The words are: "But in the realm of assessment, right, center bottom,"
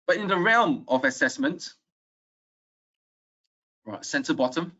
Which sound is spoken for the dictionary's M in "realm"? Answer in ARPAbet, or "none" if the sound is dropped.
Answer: M